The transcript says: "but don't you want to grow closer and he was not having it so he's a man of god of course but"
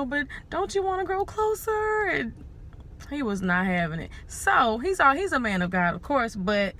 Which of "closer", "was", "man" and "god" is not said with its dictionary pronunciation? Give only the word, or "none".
none